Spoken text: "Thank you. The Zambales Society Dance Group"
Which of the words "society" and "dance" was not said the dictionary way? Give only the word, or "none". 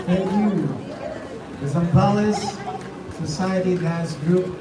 dance